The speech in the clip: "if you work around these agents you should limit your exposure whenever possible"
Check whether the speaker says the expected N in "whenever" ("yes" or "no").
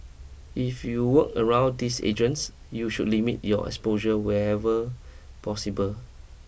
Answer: no